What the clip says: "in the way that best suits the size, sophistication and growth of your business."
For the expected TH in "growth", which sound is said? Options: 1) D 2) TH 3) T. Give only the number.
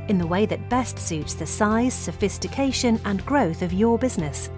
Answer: 2